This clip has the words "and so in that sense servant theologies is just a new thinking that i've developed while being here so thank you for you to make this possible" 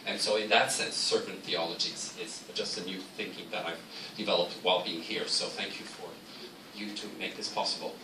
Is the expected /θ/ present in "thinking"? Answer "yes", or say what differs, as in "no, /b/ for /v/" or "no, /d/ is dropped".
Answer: yes